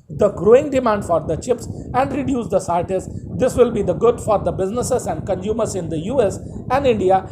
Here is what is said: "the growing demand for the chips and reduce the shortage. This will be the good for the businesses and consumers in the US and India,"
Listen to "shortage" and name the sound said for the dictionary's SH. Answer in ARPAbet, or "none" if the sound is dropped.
S